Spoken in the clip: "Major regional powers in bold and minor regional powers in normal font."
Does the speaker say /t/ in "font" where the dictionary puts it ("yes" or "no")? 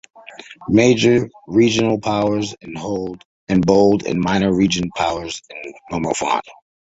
no